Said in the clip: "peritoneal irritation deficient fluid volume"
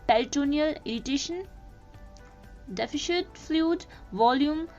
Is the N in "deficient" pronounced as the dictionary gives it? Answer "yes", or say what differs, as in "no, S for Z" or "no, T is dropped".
no, N is dropped